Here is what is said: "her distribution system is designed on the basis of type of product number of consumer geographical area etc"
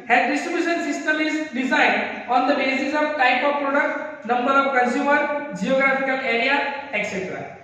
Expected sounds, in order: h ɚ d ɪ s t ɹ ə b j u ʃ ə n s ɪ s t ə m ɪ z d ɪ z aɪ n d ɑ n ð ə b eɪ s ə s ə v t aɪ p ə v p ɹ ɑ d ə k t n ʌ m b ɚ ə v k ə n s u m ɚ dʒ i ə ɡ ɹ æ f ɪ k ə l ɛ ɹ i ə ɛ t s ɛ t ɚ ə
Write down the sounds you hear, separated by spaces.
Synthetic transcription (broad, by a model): h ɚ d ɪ s t ɹ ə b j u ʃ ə n s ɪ s t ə m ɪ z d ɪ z aɪ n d ɑ n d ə b eɪ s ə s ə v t aɪ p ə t p ɹ ɑ d ə k t n ʌ m b ɚ ə v k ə n s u m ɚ dʒ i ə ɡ ɹ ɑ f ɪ k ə l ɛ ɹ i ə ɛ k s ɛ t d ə